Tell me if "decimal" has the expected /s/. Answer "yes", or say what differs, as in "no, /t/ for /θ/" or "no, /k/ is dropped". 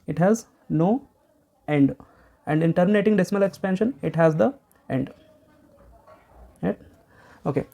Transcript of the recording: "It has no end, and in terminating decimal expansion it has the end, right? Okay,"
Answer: yes